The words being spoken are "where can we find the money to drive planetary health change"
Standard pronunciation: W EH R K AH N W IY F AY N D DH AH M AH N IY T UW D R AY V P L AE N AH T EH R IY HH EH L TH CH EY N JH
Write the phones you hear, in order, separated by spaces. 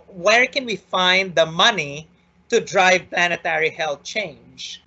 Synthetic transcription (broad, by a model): W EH R K AH N W IY F AY N D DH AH M AH N IY T UW D R AY V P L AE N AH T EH R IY HH EH L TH CH EY N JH